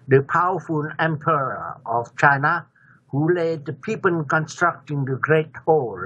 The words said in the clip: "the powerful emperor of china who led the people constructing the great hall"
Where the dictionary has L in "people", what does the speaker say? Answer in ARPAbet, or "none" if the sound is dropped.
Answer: N